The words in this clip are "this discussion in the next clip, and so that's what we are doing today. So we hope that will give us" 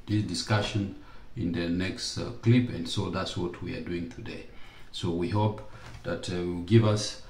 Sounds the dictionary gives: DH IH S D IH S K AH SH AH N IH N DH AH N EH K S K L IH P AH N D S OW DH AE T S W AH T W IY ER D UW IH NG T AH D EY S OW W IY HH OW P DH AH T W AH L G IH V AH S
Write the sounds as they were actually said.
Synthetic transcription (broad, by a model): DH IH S D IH S K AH SH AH N IH N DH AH N EH K S K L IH P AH N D S OW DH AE T S W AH T W IY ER D UW IH NG T AH D EY S OW W IY HH OW P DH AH T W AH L G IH V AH S